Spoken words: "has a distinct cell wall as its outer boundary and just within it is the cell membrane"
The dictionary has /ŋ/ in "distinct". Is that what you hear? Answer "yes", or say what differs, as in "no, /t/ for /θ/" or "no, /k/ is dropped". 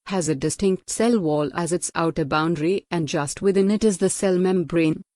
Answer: yes